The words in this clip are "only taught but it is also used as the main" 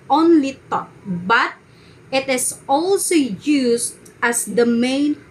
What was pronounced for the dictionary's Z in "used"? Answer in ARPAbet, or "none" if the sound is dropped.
S